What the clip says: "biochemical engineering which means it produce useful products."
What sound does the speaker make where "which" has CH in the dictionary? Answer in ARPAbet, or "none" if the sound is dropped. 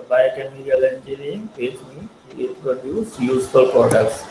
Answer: S